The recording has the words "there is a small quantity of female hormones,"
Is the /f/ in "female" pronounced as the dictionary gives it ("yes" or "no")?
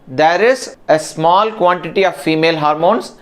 yes